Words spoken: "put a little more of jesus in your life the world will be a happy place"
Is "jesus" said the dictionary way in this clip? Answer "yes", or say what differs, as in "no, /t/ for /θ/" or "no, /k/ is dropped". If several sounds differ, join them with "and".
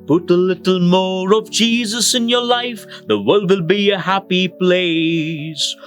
yes